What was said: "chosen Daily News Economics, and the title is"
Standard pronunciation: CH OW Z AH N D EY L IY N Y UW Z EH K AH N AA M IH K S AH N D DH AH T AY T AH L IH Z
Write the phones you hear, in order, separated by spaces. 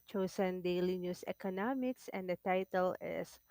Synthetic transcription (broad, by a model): CH OW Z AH N D EY L IY N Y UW S EH K AH N AA M IH K S AH N D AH T AY T AH L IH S